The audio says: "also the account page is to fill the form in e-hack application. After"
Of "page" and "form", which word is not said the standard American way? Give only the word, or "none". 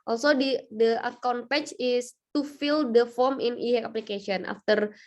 page